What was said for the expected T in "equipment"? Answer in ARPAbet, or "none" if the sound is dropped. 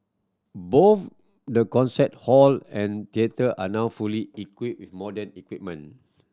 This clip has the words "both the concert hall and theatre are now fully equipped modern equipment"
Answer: none